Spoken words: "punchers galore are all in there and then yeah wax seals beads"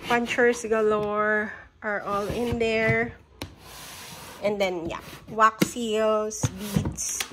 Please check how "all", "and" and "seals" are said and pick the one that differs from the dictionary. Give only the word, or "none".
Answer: seals